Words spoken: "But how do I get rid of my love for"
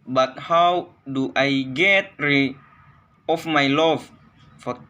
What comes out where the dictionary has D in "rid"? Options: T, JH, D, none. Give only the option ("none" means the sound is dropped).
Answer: none